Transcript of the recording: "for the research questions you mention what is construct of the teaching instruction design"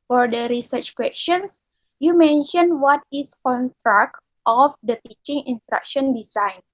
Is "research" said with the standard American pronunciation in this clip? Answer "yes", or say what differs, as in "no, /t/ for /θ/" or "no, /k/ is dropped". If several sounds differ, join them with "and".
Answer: yes